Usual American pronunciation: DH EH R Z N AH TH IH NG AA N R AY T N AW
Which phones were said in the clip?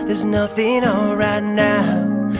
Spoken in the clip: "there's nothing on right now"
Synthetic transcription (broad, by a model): DH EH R Z N AH TH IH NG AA L R AY T N AW